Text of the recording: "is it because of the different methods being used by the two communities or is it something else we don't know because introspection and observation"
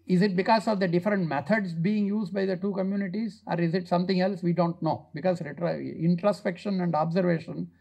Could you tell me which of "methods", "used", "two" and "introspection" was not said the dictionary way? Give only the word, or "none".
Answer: methods